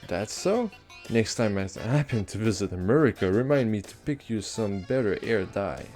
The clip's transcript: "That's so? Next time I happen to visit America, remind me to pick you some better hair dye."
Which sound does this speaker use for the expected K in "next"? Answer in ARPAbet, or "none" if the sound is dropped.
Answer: K